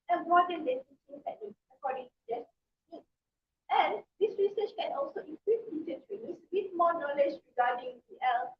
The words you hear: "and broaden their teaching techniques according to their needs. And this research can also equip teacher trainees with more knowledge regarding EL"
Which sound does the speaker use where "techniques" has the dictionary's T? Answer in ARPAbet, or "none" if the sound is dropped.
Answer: S